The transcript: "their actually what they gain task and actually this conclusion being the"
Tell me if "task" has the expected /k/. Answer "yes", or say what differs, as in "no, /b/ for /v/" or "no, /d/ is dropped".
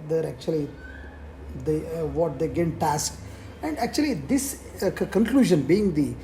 yes